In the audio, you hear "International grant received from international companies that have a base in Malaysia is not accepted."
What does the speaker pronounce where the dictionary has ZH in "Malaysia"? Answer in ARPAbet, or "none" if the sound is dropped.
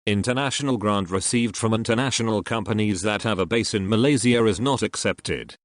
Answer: Z